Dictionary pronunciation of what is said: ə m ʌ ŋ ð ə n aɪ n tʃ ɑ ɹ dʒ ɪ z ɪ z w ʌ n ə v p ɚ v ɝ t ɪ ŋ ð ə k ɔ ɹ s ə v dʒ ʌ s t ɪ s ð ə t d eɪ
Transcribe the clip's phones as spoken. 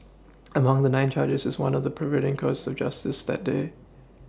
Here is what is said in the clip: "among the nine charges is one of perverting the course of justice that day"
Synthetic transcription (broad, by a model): ə m ʌ ŋ ð ə n aɪ n tʃ ɑ ɹ dʒ ɪ z ɪ z w ʌ n ə v p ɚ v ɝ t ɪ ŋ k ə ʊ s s ə v dʒ ʌ s t ɪ s ð ə t d eɪ